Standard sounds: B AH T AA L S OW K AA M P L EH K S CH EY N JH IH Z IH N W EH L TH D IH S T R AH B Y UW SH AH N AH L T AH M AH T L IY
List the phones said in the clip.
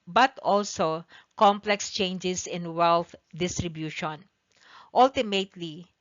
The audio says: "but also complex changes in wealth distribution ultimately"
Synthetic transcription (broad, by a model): B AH T AA L S OW K AA M P L EH K S CH EY N JH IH S IH N W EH L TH D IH S T R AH B Y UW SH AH N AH L T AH M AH T L IY